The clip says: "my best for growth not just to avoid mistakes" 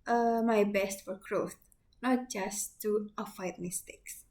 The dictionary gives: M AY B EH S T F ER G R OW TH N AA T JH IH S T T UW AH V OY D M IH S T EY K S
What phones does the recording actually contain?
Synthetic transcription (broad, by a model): M AY B EH S T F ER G R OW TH N AA T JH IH S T T UW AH F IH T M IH S T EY K S